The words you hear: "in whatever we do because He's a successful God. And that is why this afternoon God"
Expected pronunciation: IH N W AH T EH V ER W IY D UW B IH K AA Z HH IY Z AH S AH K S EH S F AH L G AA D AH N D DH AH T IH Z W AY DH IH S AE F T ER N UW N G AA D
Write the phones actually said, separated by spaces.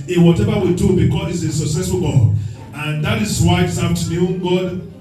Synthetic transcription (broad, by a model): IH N W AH T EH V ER W IY D UW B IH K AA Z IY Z AH S AH K S EH S F AH L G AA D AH N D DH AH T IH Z W AY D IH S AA T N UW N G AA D